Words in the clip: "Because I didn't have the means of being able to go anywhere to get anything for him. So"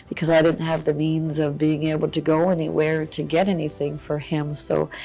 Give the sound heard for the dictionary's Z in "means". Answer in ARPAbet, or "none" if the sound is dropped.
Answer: Z